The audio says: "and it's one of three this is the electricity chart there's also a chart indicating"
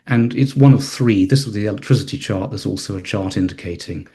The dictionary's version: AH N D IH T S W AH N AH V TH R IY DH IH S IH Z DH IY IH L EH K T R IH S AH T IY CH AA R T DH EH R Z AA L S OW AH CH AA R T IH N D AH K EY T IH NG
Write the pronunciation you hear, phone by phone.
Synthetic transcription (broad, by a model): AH N IH T S W AH N AH V TH R IY DH IH S IH Z DH IY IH L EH K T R IH S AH T IY CH AA R T DH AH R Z AA L S OW AH CH AA R T IH N D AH K EY T IH NG